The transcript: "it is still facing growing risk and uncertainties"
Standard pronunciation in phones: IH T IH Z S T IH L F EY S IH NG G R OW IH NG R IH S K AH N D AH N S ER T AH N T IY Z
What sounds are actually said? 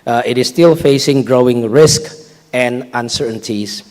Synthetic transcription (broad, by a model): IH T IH S T IH L F EY S IH NG G R OW IH NG R IH S K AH N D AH N S ER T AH N T IY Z